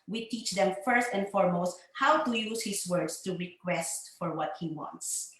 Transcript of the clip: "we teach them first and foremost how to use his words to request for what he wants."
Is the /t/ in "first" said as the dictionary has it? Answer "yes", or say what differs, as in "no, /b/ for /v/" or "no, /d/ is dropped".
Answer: yes